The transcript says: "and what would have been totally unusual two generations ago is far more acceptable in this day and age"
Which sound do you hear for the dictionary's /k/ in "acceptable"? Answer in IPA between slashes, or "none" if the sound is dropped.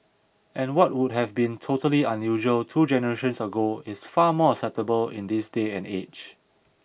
none